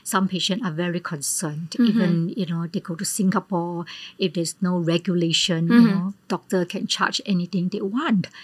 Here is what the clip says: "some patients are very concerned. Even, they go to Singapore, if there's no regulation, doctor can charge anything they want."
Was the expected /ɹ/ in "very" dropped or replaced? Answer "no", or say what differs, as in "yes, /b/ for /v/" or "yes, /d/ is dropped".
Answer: no